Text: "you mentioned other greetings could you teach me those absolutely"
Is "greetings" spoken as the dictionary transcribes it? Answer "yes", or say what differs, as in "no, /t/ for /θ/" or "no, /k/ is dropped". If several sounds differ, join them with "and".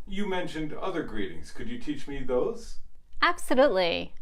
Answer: yes